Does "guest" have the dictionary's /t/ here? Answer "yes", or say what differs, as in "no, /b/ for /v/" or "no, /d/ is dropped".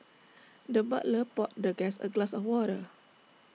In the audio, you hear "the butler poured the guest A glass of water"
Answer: no, /t/ is dropped